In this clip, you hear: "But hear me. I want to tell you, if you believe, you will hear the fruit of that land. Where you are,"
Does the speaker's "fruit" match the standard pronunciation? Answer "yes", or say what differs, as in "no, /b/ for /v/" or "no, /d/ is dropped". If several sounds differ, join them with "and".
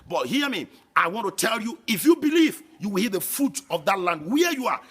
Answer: no, /ɹ/ is dropped